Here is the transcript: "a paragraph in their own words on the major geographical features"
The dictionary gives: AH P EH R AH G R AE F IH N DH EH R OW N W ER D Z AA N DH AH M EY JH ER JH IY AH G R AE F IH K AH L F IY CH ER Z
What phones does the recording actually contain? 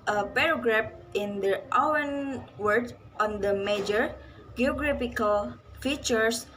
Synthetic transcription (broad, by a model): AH P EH R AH G R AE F IH N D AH W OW N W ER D AA N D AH M EY JH ER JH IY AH G R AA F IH K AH L F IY CH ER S